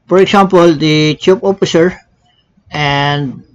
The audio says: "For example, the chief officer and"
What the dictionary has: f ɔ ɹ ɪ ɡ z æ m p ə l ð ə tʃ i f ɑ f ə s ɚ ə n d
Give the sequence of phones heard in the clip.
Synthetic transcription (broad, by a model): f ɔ ɹ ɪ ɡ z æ m p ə l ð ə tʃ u p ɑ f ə s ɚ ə n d